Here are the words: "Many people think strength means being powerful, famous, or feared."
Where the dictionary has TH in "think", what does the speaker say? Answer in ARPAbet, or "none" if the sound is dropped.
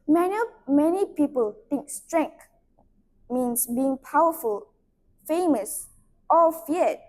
T